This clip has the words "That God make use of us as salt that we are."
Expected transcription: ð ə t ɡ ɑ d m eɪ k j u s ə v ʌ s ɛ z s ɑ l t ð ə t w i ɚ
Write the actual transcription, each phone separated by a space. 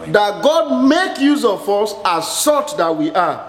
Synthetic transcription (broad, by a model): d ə t ɡ ɑ d m eɪ k j u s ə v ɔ s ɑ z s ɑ t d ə t w i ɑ